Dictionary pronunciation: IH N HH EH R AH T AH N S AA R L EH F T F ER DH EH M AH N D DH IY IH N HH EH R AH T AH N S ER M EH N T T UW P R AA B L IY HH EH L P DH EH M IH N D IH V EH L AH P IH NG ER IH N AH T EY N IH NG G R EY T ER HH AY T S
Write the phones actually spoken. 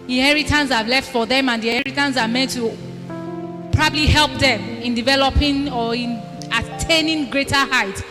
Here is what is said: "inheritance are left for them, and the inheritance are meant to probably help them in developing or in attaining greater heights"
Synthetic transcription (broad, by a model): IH N HH EH R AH T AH N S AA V L EH F T F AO DH EH M AH N D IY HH EH R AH T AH N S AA M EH N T T UW P R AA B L IY HH EH L P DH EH M IH N D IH V EH L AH P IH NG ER IH N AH T EY N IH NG G R EY T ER HH AY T